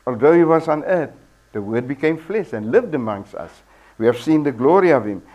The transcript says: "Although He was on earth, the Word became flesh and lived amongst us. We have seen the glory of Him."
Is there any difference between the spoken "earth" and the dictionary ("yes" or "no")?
yes